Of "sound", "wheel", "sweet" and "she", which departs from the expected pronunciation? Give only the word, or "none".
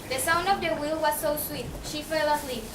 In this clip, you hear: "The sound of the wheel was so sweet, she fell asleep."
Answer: none